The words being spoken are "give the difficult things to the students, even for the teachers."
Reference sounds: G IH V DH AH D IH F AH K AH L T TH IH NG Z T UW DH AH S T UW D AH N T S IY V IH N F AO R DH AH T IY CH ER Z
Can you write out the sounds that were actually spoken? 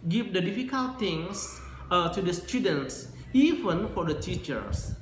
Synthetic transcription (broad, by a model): G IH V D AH D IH F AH K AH L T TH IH NG S T UW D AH S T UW D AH N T S IY V IH N F AO R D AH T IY CH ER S